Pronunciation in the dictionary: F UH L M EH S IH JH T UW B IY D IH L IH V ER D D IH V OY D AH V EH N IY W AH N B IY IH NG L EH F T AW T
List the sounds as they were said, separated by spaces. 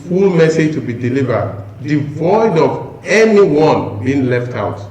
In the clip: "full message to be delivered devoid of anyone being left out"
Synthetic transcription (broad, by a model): F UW L M EH S IH JH T UW B IY D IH L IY V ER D D IH V OY D AH V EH N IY W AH N B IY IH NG L EH F T AW T